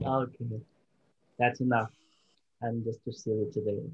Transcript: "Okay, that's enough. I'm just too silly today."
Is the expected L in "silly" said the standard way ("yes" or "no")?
no